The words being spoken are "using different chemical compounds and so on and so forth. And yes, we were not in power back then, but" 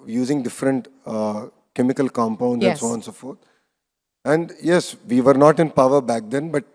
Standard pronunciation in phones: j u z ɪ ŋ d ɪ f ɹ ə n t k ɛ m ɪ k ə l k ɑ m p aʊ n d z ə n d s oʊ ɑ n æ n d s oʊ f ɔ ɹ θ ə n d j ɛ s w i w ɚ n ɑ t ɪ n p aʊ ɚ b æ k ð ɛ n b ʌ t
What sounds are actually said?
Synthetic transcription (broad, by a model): j u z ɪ ŋ d ɪ f ɹ ə n t k ɛ m ɪ k ə l k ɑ m p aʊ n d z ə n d s oʊ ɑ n n s oʊ f ɔ ɹ t ə n d j ɛ s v i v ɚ n ɑ t ɪ n p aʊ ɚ b æ k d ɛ n b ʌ t